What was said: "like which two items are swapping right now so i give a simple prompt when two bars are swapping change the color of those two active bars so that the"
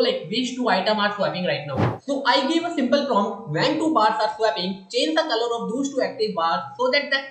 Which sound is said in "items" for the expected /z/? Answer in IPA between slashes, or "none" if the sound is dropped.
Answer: none